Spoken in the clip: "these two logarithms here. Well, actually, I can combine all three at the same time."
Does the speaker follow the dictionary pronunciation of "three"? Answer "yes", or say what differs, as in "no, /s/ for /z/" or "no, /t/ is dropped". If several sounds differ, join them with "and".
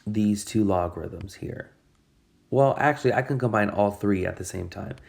yes